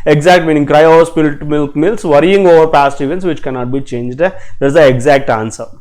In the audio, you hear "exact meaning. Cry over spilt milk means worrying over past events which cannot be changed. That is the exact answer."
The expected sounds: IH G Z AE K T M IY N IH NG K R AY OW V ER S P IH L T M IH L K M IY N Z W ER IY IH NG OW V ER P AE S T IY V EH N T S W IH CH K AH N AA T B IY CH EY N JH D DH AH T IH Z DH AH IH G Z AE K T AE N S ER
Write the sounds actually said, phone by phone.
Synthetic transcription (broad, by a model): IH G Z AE K T M IY N IH NG K R AY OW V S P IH L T M IH L K M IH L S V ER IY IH NG OW V ER P AE S T IY V EH N T S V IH CH K AH N AA T B IY CH EY N JH D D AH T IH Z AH IH G Z AE K T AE N S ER